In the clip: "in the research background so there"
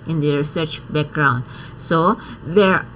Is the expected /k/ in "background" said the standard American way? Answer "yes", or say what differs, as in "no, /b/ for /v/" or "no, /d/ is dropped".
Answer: yes